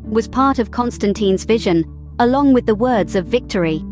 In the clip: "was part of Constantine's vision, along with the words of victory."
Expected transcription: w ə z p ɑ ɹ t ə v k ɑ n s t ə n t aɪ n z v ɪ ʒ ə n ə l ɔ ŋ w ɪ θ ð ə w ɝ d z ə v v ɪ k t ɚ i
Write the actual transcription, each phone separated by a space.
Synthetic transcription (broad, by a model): w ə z p ɑ ɹ t ə v k ɑ n s t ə n t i n z v ɪ ʒ ə n ə l ɔ ŋ w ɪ ð ə w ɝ d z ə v v ɪ k t ɚ i